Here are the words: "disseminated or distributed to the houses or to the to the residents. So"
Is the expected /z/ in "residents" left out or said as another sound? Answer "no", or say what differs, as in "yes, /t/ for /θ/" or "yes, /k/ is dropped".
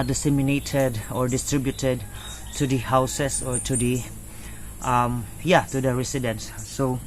yes, /s/ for /z/